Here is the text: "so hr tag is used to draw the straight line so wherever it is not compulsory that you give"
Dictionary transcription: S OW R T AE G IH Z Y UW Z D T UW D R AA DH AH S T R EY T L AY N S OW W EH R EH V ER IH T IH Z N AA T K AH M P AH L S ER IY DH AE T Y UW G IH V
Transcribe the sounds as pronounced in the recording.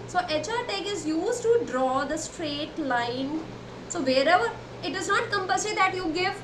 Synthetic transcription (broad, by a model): S OW R T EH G IH Z Y UW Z T UW D R AA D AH S T R EY T L AY N S OW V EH R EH V ER IH T IH Z N AA T K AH M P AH S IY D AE T Y UW G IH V